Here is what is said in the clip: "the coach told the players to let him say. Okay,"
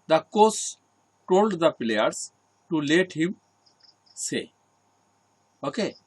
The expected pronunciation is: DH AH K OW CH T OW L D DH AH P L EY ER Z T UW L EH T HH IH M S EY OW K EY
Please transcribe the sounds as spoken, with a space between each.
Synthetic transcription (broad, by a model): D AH K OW S T OW L D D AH P L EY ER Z T UW L EH T HH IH M S EY OW K EY